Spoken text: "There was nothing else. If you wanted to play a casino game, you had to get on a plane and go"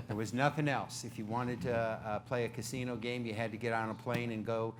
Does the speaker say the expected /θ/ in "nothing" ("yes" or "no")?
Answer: yes